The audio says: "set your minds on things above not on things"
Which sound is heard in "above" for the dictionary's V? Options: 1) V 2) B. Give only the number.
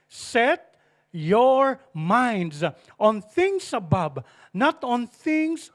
2